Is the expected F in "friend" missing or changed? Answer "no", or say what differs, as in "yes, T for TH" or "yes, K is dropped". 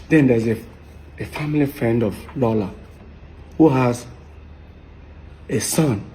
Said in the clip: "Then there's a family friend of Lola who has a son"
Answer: no